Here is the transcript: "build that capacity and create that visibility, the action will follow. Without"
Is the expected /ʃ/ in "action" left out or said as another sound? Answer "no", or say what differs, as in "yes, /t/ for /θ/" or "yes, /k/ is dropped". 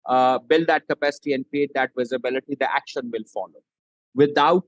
no